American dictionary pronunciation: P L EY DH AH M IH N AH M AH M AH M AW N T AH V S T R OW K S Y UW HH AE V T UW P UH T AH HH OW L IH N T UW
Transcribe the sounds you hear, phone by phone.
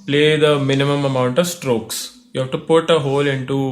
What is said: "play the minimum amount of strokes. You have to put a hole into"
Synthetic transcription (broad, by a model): P L EY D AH M IH N AH M AH M AH M AW N T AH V S T R OW K S Y UW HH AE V T UW P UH T AH HH OW L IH N T UW